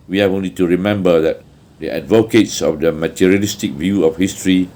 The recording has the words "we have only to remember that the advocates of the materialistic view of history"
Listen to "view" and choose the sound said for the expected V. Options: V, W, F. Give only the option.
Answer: V